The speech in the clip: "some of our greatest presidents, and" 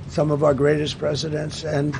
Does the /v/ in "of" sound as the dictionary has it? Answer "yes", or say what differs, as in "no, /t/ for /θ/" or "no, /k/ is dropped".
yes